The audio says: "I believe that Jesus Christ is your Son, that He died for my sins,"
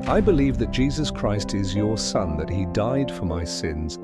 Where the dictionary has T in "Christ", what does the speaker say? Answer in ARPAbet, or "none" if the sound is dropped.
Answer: T